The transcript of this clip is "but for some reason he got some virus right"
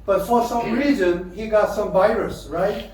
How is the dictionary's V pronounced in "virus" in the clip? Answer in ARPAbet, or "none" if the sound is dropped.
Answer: V